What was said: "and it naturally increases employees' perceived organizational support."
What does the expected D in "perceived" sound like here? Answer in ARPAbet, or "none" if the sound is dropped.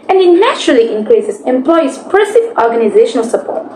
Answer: none